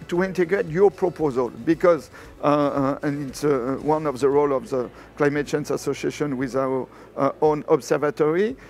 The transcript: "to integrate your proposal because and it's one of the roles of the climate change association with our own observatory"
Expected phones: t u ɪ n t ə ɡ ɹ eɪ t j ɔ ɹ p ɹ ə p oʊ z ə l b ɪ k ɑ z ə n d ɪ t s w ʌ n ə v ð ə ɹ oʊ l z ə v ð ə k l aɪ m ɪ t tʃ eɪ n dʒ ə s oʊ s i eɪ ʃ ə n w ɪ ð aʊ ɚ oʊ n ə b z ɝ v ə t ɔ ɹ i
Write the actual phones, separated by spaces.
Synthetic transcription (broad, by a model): t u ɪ n t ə ɡ ɹ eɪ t j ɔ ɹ p ɹ ə p oʊ z ə l b ɪ k ɑ z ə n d ɪ t s w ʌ n ə v ð ə ɹ oʊ l ə v ð ə k l aɪ m ɪ t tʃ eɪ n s ə s oʊ s i eɪ ʃ ə n w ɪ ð aʊ ɚ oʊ n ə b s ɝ v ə t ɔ ɹ i